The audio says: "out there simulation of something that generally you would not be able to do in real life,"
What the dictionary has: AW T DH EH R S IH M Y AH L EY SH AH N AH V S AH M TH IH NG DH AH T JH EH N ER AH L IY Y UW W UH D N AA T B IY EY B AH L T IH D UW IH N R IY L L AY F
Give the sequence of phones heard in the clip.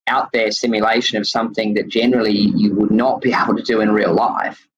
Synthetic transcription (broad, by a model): AW T DH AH R S IH M Y AH L EY SH AH N AH V S AH M TH IH NG DH AH T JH EH N ER L IY Y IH W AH D N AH T B IY EY B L T IH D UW IH N R IY L L AY F